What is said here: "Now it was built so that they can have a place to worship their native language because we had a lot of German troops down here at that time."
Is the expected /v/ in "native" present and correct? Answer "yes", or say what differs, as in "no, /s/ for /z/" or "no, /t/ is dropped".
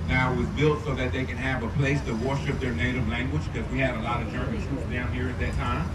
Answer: yes